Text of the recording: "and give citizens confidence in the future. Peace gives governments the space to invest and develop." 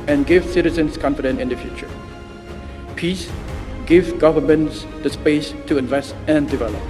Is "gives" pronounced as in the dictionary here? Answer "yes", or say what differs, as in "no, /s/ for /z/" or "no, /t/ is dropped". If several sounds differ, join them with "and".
no, /z/ is dropped